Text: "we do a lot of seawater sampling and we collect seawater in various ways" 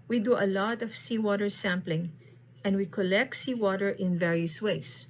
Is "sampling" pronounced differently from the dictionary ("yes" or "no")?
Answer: no